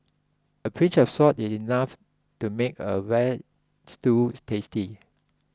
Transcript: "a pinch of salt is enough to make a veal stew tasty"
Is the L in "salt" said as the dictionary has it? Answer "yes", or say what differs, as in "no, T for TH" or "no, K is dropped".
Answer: no, L is dropped